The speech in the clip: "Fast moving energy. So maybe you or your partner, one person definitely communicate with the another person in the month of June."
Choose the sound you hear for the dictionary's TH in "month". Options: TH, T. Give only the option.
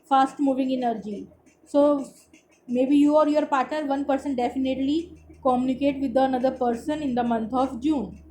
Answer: T